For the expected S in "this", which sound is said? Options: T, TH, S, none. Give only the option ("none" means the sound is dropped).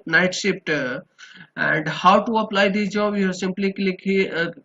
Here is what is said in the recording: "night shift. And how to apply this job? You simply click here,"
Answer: none